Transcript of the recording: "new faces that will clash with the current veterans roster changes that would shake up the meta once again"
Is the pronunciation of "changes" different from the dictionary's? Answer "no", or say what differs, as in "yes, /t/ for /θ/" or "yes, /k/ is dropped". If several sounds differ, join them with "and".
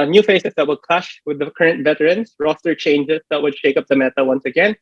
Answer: yes, /s/ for /z/